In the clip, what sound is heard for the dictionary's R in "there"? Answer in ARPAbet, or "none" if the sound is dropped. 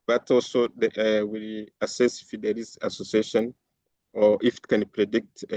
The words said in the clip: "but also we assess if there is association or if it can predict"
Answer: L